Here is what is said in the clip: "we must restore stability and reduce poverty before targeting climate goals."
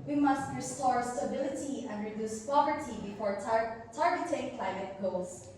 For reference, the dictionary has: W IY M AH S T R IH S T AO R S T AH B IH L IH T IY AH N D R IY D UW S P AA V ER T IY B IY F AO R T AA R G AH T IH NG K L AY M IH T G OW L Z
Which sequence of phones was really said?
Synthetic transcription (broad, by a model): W IY M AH S T R IH S T AO R S T AH B IH L IH T IY AH N D R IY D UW S P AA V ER T IY B IY F AO R T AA R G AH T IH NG K L AY M IH T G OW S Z